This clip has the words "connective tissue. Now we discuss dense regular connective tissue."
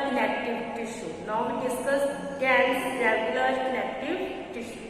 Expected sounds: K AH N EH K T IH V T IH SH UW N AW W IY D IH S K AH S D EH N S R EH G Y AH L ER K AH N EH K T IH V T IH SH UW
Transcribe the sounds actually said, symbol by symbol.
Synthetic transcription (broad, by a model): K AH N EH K T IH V T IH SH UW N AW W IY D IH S AH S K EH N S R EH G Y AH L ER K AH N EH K T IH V T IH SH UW